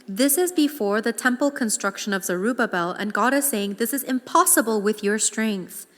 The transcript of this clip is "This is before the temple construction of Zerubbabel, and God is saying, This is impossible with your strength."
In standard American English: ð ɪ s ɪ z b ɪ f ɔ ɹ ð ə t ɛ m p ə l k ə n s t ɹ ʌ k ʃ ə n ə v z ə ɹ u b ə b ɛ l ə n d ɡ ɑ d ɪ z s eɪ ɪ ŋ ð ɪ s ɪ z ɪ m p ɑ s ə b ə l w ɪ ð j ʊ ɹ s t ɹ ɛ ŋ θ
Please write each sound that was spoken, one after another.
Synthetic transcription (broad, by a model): ð ɪ s ɪ z b ɪ f ɔ ɹ ð ə t ɛ m p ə l k ə n s t ɹ ʌ k ʃ ə n ə v z ə ɹ u b ə b ɛ l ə n ɡ ɑ d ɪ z s eɪ ɪ ŋ ð ɪ s ɪ z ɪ m p ɑ s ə b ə l w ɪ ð j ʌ ɹ s t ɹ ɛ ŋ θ